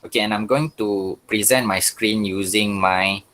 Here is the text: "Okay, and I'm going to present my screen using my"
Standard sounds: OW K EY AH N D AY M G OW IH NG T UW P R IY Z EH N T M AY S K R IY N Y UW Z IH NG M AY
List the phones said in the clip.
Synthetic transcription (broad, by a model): OW K EY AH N AY M G OW IH NG T UW P R IY Z EH N T M AY S K R IY N Y UW Z IH NG M AY